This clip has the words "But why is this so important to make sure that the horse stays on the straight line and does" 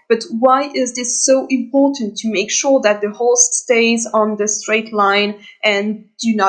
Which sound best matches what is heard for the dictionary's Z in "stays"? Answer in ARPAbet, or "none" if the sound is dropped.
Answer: Z